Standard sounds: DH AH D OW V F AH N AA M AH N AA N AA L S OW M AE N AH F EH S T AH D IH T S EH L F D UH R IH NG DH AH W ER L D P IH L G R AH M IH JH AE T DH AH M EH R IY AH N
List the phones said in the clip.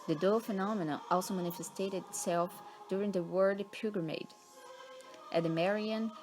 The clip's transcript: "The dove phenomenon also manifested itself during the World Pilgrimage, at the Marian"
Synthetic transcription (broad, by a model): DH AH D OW F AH N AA M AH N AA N AA L S OW M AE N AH F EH S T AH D IH T S EH L F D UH R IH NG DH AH W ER D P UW G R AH M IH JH T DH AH M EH R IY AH N